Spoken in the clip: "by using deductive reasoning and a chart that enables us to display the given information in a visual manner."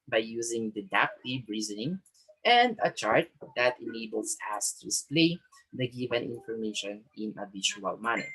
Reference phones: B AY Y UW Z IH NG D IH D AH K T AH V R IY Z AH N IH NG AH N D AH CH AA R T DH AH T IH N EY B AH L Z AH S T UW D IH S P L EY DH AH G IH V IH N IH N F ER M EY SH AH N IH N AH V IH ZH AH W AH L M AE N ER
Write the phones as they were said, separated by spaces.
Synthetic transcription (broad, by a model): B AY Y UW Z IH NG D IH D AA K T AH B R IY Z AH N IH NG AH N D AH CH AA R T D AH T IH N EY B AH L S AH S T UW D IH S P L EY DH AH G IH V IH N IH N F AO M EY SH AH N IH N AH B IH SH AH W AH L M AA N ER